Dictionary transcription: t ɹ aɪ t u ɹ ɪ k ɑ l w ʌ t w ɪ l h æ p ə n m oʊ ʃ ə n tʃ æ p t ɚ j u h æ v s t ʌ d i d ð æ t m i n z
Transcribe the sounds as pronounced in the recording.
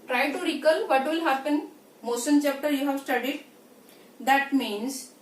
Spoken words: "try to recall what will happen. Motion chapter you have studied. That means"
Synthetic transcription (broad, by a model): t ɹ aɪ t u ɹ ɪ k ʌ l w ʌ t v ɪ l h æ p ə n m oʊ s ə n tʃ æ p t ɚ j u h æ v s t ʌ d i d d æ t m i n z